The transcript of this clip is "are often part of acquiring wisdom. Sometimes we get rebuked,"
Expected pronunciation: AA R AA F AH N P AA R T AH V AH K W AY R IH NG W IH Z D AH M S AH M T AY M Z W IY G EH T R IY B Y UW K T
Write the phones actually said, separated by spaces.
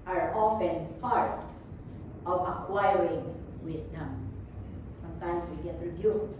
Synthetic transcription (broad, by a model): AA R AA F AH N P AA R T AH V AH K W AY R IH NG W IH S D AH M S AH M T AY M S W IY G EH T R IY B Y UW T